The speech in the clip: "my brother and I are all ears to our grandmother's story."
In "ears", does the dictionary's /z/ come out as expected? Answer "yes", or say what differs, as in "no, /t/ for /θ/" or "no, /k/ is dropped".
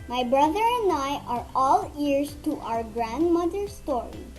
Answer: no, /s/ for /z/